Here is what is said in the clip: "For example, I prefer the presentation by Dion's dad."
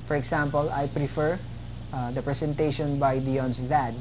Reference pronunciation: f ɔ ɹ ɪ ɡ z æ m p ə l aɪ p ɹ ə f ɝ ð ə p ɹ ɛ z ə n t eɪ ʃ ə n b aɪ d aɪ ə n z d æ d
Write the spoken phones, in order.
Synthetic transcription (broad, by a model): f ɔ ɹ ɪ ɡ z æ m p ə l aɪ p ɹ ə f ɝ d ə p ɹ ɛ s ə n t eɪ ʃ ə n b aɪ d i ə n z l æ d